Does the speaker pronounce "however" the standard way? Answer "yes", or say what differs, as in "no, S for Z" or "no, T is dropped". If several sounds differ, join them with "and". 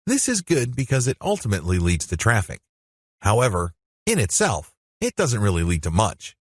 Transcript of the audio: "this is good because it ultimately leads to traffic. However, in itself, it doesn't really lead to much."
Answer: yes